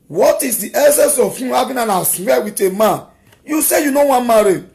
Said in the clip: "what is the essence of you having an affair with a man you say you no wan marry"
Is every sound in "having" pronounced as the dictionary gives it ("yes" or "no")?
no